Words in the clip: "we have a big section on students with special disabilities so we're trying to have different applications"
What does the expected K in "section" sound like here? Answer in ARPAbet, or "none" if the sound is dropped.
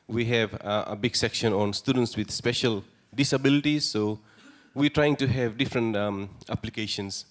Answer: K